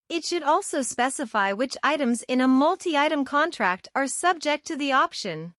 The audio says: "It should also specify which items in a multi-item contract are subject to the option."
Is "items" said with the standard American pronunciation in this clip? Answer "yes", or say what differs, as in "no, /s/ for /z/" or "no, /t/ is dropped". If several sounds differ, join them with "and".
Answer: yes